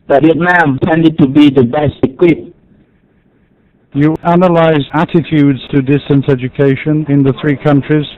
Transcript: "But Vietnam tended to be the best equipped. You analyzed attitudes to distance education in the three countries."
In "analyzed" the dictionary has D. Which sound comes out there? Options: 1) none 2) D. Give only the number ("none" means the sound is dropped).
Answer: 1